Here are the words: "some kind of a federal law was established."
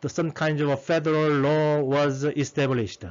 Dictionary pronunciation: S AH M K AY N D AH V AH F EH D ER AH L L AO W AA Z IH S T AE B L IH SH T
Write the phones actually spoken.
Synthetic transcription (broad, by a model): S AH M K AY N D AH V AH F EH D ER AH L L AO W AA Z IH S T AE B L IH SH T